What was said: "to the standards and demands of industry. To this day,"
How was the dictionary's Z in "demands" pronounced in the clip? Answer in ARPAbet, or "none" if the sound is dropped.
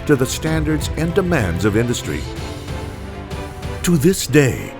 Z